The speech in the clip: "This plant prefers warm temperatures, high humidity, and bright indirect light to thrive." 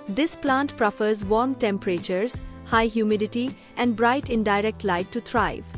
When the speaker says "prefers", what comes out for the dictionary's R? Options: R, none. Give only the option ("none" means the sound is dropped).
R